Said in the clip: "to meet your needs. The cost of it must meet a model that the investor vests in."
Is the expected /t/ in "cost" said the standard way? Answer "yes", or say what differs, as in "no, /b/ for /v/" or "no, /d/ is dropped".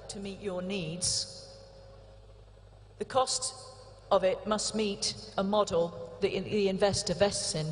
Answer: yes